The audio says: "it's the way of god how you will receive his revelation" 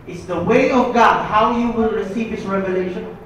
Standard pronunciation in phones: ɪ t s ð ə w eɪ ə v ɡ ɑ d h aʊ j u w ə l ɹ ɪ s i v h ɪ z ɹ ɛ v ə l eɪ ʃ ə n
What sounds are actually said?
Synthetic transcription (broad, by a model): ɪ t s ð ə w eɪ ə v ɡ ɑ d h aʊ j u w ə n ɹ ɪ s i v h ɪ s ɹ ɛ v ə l eɪ ʃ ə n